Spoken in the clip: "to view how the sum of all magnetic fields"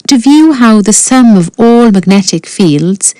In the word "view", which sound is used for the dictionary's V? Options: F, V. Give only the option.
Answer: V